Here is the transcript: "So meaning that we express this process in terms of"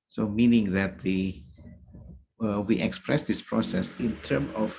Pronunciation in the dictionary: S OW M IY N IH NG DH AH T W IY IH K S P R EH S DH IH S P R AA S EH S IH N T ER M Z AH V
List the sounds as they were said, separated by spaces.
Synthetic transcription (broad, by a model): S OW M IY N IH NG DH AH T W IY IH K S P R EH S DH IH S P R AA S EH S IH N T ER M AH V